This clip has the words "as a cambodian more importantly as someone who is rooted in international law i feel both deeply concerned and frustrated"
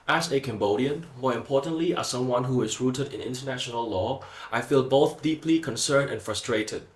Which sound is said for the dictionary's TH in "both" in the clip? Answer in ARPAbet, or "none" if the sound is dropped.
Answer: TH